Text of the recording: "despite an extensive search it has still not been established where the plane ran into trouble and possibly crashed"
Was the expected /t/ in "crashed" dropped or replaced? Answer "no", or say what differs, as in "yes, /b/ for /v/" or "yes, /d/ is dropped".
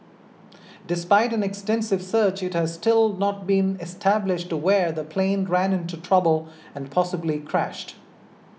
no